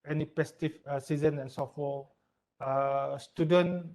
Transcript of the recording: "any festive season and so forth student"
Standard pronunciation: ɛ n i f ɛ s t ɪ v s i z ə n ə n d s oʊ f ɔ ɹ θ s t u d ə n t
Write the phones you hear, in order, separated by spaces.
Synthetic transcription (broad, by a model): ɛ n i p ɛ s t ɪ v s i z ə n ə n s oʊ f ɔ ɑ s t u d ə n